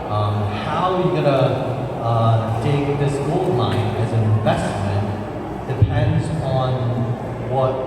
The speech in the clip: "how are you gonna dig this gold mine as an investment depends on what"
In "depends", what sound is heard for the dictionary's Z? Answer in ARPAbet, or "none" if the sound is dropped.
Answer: Z